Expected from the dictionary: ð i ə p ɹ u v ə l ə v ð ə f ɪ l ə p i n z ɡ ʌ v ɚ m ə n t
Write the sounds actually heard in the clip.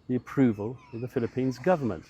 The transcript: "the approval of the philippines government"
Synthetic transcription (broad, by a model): ð i ə p ɹ u v ə l ə v ð ə f ɪ l ə p i n z ɡ ʌ v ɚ m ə n t